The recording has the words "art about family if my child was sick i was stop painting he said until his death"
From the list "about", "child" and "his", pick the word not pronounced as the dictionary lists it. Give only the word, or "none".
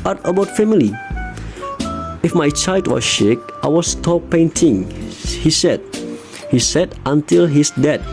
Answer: his